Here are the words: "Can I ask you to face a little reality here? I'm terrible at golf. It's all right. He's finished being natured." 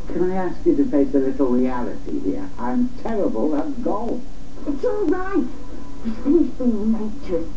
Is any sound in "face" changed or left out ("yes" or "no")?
yes